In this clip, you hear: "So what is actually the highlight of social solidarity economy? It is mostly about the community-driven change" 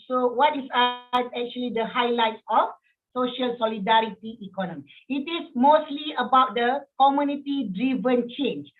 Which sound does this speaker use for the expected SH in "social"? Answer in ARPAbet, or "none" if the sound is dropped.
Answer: SH